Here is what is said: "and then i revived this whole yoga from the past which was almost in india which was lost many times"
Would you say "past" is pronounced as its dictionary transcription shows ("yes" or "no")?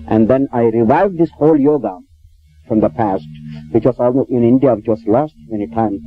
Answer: yes